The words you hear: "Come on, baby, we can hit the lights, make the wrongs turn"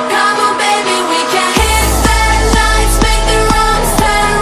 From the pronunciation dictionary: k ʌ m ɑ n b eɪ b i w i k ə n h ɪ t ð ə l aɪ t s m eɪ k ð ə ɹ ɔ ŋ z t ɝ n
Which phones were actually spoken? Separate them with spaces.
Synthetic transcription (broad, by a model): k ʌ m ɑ b eɪ b i w i k ə n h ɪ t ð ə n aɪ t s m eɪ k ð ə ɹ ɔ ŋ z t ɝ